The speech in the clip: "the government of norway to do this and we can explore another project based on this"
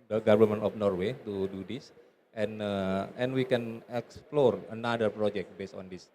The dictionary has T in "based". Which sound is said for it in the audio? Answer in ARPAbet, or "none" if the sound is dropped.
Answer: T